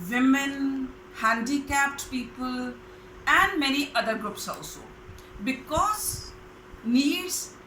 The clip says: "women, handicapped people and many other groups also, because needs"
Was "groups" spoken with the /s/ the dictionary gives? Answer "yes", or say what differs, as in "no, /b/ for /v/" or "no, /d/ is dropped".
yes